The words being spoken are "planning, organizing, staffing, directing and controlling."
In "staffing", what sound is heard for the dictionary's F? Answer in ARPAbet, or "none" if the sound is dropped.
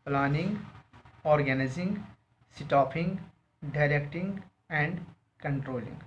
P